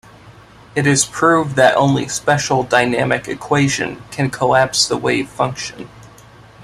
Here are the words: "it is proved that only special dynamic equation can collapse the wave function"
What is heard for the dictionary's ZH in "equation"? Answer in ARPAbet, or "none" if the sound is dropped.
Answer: ZH